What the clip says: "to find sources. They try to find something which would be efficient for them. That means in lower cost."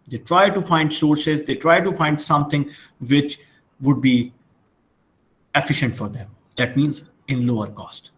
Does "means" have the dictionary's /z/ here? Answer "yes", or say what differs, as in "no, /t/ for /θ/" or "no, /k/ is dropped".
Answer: yes